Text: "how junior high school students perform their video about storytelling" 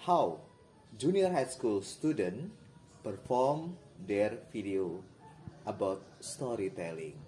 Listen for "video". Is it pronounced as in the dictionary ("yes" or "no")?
no